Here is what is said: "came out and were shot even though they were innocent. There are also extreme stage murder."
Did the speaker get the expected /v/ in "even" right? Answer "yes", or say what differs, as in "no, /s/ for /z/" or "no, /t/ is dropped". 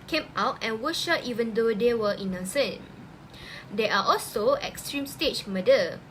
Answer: yes